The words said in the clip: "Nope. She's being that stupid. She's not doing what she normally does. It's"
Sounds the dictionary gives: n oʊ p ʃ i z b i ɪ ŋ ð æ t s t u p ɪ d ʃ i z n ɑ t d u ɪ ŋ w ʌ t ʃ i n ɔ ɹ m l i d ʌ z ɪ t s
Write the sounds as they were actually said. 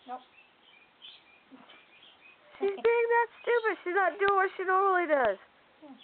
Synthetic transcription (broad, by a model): ʃ i z b i ɪ ŋ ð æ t s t u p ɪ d ʃ i z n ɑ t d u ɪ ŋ w ʌ t ʃ i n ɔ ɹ l i d ʌ z